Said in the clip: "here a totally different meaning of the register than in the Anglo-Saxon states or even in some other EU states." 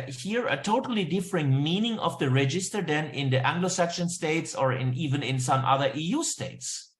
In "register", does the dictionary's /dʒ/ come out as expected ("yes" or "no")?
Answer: yes